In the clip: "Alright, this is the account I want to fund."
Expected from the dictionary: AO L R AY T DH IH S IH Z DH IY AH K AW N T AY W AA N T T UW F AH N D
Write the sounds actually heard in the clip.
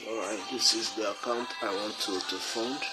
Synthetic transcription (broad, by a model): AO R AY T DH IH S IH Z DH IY AH K AW N T AY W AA N T T UW F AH N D